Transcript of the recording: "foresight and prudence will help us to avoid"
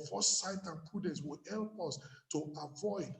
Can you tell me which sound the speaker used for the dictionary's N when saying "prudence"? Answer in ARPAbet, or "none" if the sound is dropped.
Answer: none